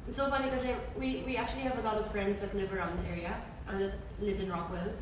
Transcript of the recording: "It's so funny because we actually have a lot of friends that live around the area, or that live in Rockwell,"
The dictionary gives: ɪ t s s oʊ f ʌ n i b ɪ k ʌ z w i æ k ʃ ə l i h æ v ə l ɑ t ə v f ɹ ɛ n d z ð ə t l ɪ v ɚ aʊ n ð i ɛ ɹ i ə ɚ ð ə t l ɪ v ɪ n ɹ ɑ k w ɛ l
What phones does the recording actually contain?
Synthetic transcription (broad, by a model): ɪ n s s oʊ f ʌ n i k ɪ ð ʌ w w i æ k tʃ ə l i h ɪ v ə l ɑ t ə v f ɹ ɛ n d z ð ə t l ɪ v ɚ aʊ n ð i ɛ ɹ i ə ɚ ð ə t l ɪ v ɪ n ɹ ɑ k w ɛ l